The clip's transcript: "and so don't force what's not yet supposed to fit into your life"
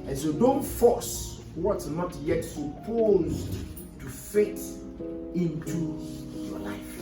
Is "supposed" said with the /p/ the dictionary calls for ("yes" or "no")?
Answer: yes